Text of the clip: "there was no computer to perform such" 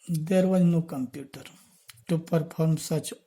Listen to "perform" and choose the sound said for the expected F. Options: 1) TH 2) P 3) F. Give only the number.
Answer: 2